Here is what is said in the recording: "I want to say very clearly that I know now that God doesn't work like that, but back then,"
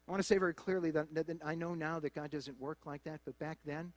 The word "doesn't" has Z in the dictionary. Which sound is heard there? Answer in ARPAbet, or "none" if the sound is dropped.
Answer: Z